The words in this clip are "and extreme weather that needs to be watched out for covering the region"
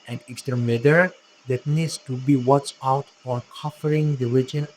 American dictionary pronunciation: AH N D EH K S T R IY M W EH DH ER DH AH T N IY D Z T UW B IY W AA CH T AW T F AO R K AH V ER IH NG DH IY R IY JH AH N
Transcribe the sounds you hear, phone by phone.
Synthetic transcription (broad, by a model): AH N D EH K S T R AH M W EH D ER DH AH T N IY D S T UW B IY W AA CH AW T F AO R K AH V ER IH NG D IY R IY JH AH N